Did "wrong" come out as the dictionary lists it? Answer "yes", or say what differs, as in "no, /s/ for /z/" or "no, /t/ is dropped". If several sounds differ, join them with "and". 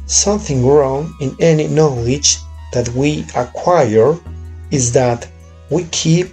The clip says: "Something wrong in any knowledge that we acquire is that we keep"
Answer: yes